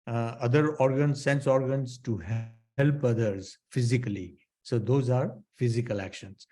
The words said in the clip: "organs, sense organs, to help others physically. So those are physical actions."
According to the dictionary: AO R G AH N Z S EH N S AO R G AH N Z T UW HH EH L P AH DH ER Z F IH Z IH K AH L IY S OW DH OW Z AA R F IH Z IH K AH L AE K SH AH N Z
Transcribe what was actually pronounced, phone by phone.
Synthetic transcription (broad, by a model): AO R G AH N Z S EH N S AO R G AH N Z T UW HH EH L P AH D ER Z F IH Z IH K AH L IY S OW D OW Z AA R F IH Z IH K AH L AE K SH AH N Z